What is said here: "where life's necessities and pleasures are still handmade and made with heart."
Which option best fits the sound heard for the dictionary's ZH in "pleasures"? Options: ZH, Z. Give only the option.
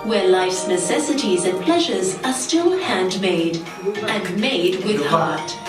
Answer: ZH